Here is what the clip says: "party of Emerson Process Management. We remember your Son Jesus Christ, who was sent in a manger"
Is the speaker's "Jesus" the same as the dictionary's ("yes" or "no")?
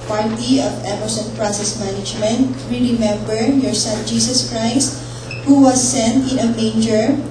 no